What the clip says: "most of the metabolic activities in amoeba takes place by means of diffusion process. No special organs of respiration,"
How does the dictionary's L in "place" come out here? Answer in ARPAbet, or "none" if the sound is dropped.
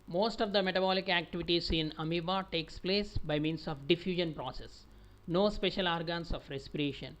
L